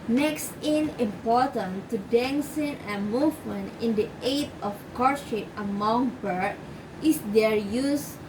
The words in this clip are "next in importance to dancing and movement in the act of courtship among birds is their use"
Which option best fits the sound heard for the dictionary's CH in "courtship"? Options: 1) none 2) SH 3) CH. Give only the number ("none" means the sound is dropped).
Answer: 2